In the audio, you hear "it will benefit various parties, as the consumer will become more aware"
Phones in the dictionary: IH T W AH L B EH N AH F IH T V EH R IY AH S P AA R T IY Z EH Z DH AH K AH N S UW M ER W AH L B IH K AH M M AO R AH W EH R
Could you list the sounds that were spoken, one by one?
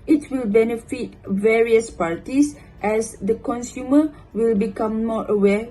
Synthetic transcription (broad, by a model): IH T W AH L B EH N AH F IH T V EH R IY AH S P AA R T IY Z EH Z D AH K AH N S UW M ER W AH L B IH K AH M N AO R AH W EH